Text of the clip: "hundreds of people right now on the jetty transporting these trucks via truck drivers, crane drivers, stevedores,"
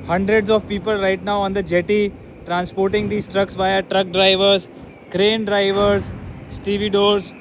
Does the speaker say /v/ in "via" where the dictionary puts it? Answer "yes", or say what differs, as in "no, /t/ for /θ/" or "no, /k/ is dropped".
yes